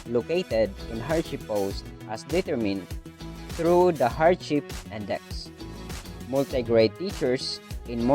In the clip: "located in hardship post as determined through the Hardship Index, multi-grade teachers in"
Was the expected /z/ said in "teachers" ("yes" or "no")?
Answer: no